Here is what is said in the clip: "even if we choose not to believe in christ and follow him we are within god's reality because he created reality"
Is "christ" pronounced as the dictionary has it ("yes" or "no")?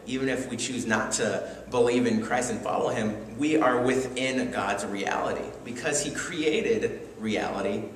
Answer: yes